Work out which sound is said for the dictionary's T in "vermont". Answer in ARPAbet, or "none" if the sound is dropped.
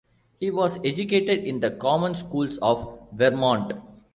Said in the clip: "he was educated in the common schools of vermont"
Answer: T